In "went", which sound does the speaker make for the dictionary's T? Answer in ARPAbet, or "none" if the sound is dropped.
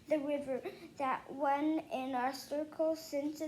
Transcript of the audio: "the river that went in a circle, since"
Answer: none